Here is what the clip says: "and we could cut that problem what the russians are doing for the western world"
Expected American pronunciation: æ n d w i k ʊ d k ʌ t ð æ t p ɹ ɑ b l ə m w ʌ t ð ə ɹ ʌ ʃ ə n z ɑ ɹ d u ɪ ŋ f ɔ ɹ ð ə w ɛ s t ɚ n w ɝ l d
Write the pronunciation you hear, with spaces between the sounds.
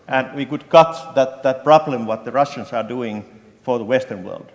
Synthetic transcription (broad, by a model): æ n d w i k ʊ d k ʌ t ð æ t p ɹ ɑ b l ə m w ʌ t ð ə ɹ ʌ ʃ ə n s ɑ ɹ d u ɪ ŋ f ɔ ɹ ð ə w ɛ s t ɚ n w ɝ l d